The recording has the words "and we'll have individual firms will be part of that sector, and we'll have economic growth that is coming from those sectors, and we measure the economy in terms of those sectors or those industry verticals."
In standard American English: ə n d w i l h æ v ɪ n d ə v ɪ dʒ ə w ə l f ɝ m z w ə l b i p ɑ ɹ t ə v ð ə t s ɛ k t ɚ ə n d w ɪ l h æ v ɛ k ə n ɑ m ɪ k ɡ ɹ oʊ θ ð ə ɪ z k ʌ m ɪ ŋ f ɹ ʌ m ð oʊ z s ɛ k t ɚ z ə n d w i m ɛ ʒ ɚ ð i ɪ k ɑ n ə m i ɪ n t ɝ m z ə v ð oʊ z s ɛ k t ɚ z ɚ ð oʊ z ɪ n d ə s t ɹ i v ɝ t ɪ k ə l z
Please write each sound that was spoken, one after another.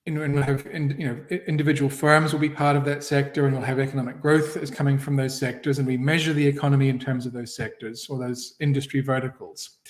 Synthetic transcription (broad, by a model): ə n w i l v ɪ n ɪ n d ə v ɪ dʒ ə w l f ɝ m z w ə l b i p ɑ ɹ t ə v ð ə t s ɛ k t ɚ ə n w ɪ l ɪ v ɛ k ə n ɑ m ɪ k ɡ ɹ oʊ θ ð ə ɪ z k ʌ m ɪ ŋ f ɹ ʌ m ð oʊ z s ɛ k t ɚ z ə n w i m ɛ ʒ ɚ ð i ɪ k ɑ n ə m i ɪ n t ɝ m z ə v ð oʊ z s ɛ k t ɚ z ɚ ð oʊ z ɪ n d ə s t ɹ i v ɝ t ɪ k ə l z